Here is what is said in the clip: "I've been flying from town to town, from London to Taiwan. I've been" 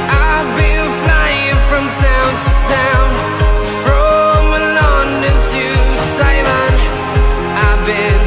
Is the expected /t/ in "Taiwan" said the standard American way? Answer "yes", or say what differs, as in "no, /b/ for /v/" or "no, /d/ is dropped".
no, /s/ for /t/